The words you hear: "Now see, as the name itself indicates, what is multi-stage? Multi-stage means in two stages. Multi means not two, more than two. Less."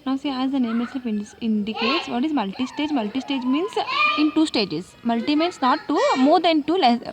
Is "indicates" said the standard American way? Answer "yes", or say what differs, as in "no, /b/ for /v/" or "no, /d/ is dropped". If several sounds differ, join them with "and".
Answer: yes